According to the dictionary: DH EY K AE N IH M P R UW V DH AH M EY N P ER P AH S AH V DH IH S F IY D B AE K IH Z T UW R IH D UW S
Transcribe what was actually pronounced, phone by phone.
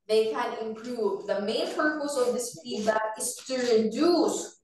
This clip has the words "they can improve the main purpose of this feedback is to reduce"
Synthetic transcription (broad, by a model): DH EY K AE N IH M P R UW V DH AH M EY N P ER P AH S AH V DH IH S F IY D AE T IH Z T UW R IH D UW S